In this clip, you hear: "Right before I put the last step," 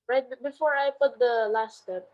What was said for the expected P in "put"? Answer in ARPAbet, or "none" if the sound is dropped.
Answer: P